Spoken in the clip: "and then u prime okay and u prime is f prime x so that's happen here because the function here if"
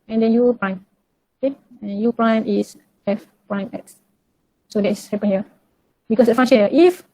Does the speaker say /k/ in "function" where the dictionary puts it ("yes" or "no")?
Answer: no